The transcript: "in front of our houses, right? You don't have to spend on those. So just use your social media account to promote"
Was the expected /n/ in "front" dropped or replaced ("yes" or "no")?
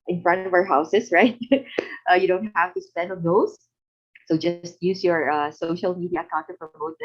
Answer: no